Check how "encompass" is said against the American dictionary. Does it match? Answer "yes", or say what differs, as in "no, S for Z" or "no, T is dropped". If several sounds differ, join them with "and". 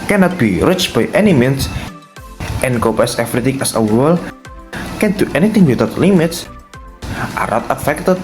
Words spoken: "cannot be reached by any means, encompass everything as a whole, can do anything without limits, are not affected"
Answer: no, M is dropped